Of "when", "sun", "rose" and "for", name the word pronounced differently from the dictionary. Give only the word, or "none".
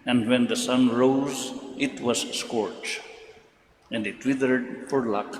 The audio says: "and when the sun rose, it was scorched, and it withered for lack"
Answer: none